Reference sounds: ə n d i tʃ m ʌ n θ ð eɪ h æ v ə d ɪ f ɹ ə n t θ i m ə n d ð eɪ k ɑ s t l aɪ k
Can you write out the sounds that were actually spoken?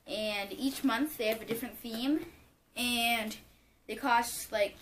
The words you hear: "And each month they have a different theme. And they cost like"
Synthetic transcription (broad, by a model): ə n i tʃ m ʌ n θ ð eɪ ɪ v ə d ɪ f ɹ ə n θ i m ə n ð eɪ k ɑ s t l aɪ k